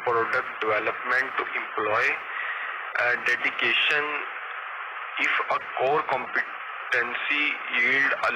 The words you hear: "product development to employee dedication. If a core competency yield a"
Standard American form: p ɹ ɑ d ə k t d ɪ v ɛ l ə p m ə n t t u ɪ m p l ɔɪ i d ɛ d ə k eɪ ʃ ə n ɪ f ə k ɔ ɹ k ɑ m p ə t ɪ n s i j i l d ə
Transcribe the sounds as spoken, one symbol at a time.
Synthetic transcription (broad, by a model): p ɹ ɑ d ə k t d ɪ v ɛ l ə p m ə n t t u ɪ m p l ɔɪ i d ɛ d ə k eɪ ʃ ə n ɪ f ə k ɔ ɹ k ɑ m p ə t ɪ n s i j i l d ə